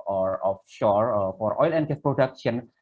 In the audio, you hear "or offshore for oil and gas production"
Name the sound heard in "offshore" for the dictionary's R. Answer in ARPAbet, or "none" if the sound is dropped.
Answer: R